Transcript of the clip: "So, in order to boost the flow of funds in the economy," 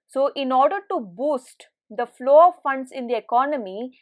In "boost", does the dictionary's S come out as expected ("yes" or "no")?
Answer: yes